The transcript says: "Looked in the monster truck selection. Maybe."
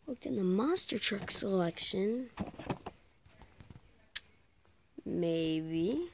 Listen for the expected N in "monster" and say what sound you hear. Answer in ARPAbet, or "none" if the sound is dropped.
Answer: none